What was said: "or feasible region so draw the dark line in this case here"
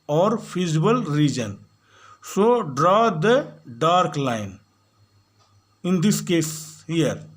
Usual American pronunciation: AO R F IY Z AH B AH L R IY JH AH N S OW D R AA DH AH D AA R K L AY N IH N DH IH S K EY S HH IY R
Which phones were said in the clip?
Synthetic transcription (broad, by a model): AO R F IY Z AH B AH L R IY JH AH N S OW D R AA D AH D AA R K L AY N IH N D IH S K EY S HH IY R